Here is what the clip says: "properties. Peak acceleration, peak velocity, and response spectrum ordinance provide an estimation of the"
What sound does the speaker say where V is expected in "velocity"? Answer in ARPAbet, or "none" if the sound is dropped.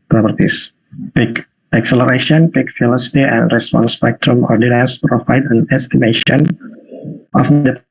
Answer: F